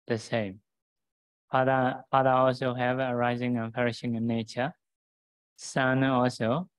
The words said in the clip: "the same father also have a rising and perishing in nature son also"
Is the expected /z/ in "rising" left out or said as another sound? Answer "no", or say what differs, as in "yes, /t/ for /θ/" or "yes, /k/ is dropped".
no